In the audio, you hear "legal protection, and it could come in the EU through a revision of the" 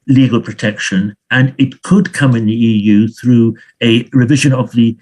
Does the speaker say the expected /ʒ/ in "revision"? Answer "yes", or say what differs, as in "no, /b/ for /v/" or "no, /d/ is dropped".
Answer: yes